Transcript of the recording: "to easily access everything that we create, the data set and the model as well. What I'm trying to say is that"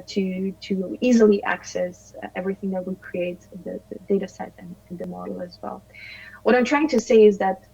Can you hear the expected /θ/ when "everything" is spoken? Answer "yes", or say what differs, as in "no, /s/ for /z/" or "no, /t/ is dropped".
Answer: yes